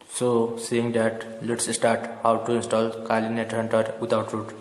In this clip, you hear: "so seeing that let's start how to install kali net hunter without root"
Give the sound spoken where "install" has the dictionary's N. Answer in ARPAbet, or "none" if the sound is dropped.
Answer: N